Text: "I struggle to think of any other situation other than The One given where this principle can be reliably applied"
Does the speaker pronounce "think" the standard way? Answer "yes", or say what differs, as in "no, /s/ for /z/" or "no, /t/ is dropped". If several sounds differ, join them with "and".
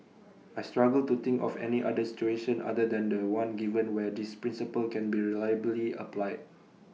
no, /t/ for /θ/